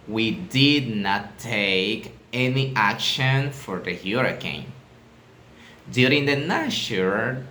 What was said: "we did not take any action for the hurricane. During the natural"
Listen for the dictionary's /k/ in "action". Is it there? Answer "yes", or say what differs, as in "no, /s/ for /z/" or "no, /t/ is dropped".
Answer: yes